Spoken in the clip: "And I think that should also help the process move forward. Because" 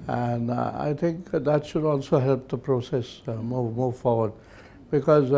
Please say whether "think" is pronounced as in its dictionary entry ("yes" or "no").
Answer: yes